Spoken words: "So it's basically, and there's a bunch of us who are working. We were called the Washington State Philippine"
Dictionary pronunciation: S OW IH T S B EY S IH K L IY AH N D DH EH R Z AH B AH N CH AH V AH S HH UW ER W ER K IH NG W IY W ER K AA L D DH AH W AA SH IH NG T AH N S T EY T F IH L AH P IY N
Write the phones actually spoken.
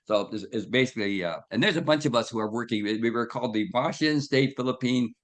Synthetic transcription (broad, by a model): S OW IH S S B EY S IH K L IY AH N DH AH R Z AH B AH N CH AH V AH S HH UW ER W ER K IH NG W IY W ER K AA L D DH AH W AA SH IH N S T EY T F IH L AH P IY N